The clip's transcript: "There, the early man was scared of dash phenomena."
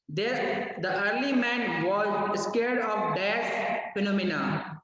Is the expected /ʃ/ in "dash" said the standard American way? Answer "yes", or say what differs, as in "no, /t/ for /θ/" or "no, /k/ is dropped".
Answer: no, /s/ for /ʃ/